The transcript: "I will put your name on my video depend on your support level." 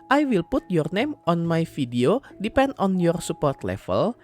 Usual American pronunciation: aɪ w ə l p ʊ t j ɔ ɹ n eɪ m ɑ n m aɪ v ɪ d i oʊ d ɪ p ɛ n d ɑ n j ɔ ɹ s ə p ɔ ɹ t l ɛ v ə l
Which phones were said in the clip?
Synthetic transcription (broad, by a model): aɪ w ə l p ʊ t j ɔ ɹ n eɪ m ɑ n m aɪ f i d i oʊ d ɪ p ɛ n d ɑ n j ɔ ɹ s ə p ɔ ɹ t l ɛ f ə l